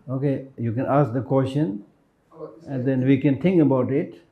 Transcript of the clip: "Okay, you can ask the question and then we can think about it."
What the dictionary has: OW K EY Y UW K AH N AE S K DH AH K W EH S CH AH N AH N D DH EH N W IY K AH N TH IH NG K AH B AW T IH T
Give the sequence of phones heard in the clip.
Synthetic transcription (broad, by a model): OW K EY Y UW K AH N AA S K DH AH K W EH S CH AH N AH N D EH N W IY K AH N T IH NG K AH B AW T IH T